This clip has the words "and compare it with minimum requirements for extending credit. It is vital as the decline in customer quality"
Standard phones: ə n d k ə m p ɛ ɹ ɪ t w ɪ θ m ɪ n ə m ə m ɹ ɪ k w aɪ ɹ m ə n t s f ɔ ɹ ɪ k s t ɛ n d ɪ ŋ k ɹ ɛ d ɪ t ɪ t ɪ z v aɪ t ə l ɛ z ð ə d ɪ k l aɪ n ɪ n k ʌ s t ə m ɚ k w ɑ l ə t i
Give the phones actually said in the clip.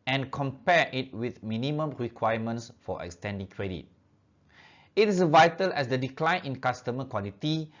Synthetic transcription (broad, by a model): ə n k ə m p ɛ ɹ ɪ t w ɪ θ m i n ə m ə m ɹ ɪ k w aɪ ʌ m ə n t s f ɔ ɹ ɪ k s t ɛ n d ɪ ŋ k ɹ ɛ d ɪ t ɪ t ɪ s v aɪ t ə l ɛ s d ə d ɪ k l aɪ n ɪ n k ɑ s t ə m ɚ k w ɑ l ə t i